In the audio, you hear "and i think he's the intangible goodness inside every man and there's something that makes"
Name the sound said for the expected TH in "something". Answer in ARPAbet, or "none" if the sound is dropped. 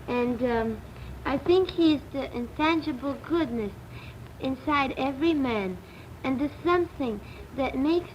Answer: TH